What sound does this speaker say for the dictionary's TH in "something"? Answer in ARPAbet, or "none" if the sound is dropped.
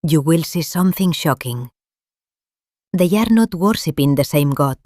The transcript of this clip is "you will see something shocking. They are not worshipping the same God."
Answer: TH